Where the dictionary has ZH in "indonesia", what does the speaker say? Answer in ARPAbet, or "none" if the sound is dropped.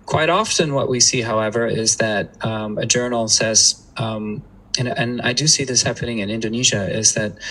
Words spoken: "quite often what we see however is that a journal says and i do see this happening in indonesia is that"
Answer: ZH